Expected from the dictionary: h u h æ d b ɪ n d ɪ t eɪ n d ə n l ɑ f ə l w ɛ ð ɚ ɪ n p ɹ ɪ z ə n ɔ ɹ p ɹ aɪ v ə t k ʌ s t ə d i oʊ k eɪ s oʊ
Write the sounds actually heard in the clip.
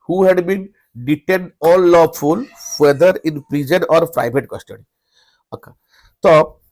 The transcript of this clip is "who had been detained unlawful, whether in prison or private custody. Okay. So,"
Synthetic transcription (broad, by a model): h u h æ d b ɪ n d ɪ t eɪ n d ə l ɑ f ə l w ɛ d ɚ ɪ n p ɹ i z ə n ɔ ɹ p ɹ aɪ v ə t k ʌ s t ə d i oʊ k eɪ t oʊ